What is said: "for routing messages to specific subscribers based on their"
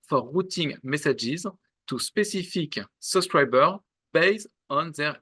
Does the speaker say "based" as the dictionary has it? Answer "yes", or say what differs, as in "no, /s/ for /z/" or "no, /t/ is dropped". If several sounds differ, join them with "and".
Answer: no, /t/ is dropped